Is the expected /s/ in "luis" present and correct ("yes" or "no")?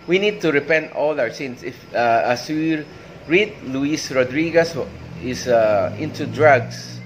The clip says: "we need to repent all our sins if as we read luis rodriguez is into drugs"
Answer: yes